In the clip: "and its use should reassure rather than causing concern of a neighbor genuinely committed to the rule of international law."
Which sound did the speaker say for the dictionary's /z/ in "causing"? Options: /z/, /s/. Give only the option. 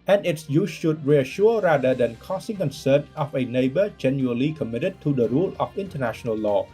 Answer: /s/